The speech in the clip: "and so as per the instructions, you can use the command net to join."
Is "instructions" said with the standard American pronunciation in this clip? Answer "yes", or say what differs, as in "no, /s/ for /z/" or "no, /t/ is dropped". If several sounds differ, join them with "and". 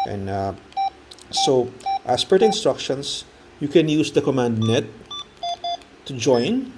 no, /s/ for /z/